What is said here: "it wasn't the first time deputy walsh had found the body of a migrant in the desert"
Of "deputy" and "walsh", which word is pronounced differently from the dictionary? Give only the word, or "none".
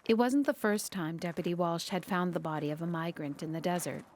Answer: none